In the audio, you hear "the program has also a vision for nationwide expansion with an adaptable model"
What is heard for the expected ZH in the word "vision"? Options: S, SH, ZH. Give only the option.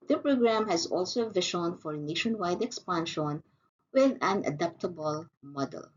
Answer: SH